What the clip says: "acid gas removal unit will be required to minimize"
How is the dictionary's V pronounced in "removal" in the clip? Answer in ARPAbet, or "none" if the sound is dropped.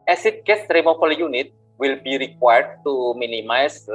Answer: F